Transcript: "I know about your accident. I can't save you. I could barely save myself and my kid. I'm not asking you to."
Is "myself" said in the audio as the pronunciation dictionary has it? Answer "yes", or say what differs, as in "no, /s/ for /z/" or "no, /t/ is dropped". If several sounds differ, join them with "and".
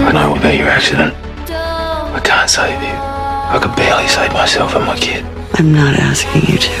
yes